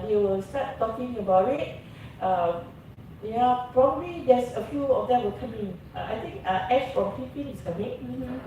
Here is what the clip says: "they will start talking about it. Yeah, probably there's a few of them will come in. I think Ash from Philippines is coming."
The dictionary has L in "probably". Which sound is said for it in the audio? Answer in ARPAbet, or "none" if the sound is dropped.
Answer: L